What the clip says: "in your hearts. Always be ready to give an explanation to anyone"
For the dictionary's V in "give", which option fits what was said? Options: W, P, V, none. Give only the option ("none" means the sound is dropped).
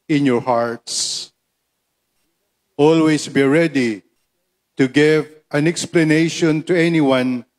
V